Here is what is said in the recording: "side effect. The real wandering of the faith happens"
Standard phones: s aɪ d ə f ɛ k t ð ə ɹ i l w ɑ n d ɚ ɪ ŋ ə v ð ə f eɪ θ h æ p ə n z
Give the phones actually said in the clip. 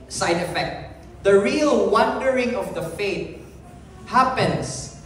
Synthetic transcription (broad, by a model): s aɪ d ə f ɛ k t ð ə ɹ i l w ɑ n d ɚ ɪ ŋ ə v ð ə f eɪ t h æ p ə n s